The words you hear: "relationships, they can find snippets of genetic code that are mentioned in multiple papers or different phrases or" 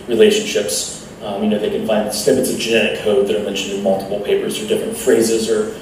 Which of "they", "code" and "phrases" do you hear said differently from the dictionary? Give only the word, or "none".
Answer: none